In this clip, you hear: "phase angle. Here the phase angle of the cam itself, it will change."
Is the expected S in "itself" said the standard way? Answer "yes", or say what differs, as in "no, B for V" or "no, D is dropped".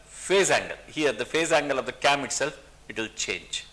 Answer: yes